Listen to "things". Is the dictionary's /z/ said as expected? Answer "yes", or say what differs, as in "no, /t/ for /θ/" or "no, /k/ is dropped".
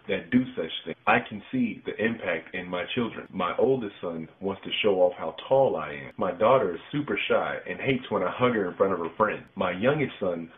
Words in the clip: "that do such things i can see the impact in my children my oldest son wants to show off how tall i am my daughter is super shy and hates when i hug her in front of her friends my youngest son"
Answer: no, /z/ is dropped